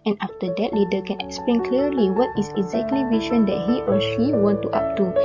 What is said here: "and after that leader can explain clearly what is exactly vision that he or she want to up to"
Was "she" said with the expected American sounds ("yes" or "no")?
yes